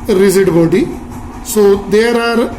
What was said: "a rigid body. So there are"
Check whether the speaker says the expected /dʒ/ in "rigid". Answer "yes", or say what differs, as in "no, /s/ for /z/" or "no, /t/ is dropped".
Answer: no, /z/ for /dʒ/